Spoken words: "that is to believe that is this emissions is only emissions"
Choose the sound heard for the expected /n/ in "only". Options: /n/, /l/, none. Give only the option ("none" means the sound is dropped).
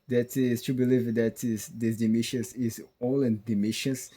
none